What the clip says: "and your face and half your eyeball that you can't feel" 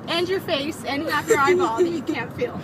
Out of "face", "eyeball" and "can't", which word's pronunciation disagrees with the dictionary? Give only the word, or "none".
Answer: eyeball